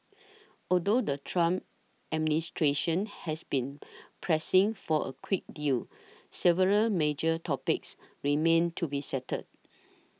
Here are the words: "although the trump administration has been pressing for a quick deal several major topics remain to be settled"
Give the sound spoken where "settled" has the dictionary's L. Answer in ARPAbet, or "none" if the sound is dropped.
none